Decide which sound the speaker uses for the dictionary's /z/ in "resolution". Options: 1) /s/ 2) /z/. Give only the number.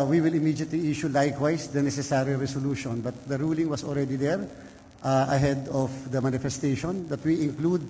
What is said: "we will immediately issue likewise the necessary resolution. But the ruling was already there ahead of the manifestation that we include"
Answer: 1